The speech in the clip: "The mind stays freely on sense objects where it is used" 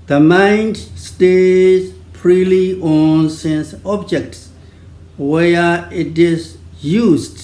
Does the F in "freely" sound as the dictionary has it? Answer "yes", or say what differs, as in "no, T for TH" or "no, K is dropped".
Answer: no, P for F